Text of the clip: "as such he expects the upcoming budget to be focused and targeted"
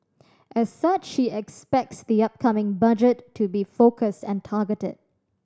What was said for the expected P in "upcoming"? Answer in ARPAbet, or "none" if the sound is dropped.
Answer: P